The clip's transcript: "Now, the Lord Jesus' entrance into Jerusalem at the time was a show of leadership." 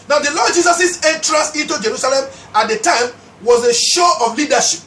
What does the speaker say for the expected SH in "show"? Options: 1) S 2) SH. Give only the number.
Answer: 2